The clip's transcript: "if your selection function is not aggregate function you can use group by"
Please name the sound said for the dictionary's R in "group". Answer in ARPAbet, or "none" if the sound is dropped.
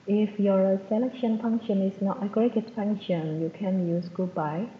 none